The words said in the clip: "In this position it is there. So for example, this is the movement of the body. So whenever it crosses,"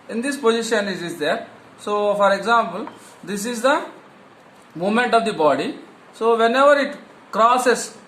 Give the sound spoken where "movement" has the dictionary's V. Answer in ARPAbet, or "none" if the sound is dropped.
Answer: none